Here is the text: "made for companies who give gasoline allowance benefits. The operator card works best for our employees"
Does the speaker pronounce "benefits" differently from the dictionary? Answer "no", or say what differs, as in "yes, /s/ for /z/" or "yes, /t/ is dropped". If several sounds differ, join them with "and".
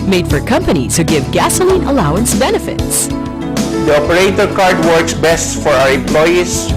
no